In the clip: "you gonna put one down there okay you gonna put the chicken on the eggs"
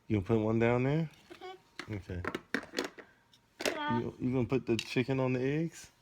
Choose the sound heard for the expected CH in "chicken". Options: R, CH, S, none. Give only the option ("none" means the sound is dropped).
CH